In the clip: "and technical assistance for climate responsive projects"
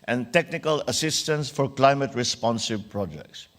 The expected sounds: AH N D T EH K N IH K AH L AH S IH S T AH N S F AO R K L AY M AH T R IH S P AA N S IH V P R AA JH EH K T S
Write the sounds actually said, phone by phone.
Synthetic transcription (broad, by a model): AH N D T EH K N IH K AH L AH S IH S T AH N S F AO R K L AY M AH T R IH S P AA N S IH B P R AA JH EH K T S